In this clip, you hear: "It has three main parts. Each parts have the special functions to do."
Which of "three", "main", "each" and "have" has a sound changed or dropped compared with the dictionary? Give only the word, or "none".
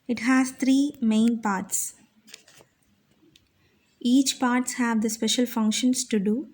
three